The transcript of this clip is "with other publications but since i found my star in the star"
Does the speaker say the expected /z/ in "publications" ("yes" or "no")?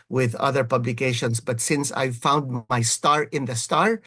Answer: no